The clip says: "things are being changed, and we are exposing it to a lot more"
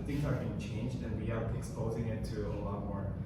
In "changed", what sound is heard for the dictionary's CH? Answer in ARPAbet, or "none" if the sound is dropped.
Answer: CH